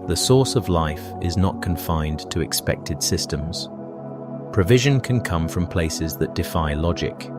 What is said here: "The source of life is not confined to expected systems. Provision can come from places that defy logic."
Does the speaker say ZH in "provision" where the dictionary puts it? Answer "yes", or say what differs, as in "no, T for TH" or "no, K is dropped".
yes